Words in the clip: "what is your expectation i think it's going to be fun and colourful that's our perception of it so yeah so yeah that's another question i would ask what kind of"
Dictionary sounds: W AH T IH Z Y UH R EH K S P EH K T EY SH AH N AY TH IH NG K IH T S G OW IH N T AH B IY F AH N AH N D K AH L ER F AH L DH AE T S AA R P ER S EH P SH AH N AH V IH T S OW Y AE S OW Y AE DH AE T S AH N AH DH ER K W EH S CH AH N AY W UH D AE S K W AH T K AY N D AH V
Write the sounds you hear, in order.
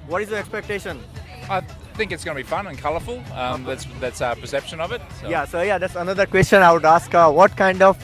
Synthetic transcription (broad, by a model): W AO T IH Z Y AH EH K S P EH K T EY SH AH N AY TH IH NG K IH T S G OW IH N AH B IY F AH N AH N K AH L ER F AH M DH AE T S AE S P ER S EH P SH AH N AH V IH T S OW Y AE S OW Y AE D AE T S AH N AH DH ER K W EH S CH AH N AY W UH D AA S K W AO T K AY N D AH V